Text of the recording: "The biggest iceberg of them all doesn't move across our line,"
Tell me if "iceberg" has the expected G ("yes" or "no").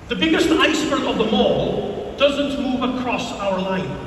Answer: no